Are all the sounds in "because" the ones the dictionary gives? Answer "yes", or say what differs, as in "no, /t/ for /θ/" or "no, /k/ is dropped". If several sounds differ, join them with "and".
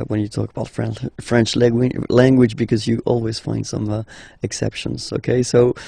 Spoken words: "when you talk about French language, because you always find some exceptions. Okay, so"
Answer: yes